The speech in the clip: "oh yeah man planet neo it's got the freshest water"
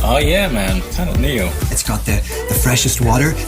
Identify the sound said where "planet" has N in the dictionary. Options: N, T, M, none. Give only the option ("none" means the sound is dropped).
none